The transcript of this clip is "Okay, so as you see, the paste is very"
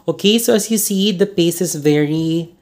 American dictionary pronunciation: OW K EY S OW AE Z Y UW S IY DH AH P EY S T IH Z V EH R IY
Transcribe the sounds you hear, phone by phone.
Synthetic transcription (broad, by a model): OW K EY S OW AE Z Y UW S IY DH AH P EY S IH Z V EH R IY